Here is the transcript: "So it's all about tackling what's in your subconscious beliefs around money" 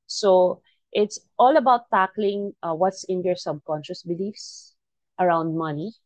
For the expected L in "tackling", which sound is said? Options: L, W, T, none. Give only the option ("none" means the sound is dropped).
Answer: L